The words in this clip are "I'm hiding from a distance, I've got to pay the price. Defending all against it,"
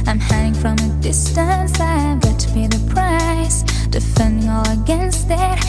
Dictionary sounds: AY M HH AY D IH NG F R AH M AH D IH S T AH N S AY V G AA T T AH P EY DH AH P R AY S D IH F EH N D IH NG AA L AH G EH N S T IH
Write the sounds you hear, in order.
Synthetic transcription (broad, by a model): AY M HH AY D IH NG F R AH M AH D IH S T AH N S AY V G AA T T AH B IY DH AH P R AY S D IH F EH N D IH NG AA L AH G EH N S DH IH